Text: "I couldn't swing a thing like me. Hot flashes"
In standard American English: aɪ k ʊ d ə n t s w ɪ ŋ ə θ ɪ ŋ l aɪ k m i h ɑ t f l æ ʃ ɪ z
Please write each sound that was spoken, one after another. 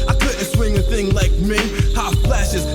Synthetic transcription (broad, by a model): aɪ k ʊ d n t s w ɪ ŋ ə θ ɪ ŋ l aɪ k m i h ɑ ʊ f l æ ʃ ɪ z